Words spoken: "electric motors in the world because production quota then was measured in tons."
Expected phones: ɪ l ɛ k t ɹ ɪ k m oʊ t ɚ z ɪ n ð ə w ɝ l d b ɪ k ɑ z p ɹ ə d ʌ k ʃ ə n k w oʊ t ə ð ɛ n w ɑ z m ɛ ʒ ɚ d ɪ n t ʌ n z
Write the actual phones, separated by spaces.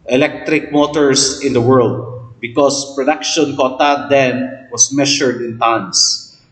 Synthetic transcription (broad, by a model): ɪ l ɛ k t ɹ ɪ k m oʊ t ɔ s ɪ n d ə w ɝ l d b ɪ k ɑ s p ɹ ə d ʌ k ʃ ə n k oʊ t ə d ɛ n w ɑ s m ɛ ʃ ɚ d ɪ n t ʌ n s